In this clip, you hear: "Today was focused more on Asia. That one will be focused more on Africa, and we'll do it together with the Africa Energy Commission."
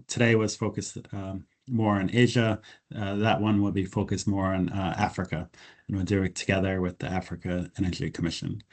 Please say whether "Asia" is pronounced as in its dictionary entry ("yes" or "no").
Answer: yes